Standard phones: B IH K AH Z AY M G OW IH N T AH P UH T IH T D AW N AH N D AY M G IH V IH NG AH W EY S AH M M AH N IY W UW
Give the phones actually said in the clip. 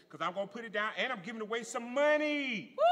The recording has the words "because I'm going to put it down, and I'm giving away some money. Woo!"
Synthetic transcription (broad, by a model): K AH Z AY M G OW IH N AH P UH T IH T D AW N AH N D AY M G IH V IH NG AH W EY S AH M M AH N IY